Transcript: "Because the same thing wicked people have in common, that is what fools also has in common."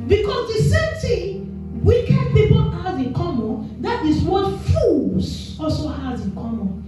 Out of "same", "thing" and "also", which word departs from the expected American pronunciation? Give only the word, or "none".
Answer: thing